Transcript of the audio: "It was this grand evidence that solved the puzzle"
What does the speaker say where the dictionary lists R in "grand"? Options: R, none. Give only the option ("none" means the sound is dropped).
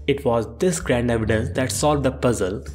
R